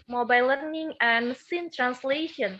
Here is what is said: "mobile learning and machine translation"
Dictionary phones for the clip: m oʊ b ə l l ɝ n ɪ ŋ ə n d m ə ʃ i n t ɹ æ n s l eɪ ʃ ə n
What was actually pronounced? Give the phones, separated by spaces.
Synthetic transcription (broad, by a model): m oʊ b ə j l ɝ n ɪ ŋ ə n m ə s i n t ɹ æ n s l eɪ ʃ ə n